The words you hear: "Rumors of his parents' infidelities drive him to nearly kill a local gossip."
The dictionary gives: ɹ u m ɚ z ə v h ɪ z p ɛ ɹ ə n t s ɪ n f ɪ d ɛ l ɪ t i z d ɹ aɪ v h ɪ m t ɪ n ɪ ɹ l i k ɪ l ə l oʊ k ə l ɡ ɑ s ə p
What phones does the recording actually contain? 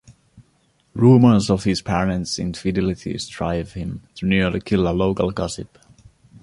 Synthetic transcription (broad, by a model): ɹ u m ɚ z ə v h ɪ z p ɛ ɹ ə n t s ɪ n f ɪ d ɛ l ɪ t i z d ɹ aɪ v h ɪ m t ɪ n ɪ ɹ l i k ɪ l ə l oʊ k ə l ɡ ɑ s ə p